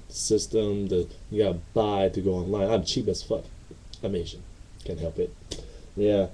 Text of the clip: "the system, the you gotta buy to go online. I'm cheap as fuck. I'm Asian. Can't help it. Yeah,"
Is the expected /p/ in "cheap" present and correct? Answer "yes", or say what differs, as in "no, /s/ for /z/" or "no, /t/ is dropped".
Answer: no, /b/ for /p/